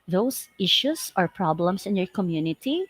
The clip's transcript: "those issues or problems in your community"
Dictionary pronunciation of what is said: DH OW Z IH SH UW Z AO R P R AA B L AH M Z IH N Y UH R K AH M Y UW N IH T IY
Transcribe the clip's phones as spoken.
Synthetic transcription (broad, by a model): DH OW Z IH SH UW S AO R P R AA B L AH M S IH N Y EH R K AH M Y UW N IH T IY